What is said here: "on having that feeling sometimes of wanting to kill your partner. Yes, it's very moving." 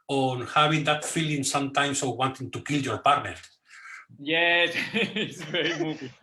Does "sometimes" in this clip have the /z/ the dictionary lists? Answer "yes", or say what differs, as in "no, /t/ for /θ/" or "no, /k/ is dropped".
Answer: no, /s/ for /z/